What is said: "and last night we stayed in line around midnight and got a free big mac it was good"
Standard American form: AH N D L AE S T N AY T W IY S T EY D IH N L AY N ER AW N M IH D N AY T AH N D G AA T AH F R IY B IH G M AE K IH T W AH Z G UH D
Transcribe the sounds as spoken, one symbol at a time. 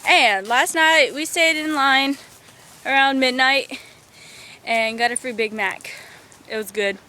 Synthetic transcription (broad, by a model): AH N L AE S T N AY T W IY S T EY D IH N L AY N ER AW N M IH D N AY T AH N G AA T AH F R IY B IH G M AE K IH T W AH Z G UH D